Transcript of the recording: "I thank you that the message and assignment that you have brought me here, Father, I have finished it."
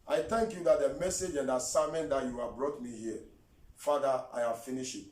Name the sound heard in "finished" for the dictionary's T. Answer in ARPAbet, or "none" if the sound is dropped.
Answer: none